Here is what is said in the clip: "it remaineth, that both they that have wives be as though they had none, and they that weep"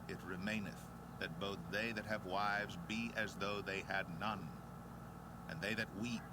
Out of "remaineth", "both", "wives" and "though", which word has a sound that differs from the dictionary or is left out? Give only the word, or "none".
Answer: none